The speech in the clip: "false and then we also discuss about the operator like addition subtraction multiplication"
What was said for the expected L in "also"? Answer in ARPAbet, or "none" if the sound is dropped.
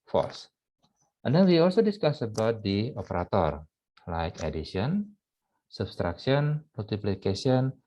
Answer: L